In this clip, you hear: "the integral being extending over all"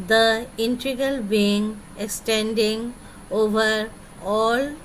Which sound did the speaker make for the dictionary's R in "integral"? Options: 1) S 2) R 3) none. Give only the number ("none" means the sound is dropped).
3